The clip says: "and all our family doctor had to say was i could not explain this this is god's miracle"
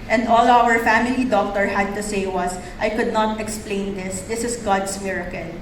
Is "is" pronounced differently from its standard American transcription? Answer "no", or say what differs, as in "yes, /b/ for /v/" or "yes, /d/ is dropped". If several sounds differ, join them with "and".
yes, /s/ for /z/